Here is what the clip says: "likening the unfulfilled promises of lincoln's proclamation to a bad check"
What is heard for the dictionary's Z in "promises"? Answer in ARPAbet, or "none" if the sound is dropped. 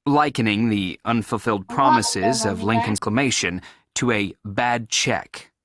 Z